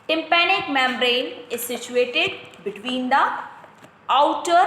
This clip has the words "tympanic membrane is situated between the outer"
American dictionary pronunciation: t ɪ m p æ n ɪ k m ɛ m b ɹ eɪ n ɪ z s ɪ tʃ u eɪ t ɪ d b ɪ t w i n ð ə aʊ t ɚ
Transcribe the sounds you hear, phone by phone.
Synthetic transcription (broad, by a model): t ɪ m p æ n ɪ k m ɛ m ɹ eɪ n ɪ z s ɪ tʃ u eɪ t ɪ d b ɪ t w i n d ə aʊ t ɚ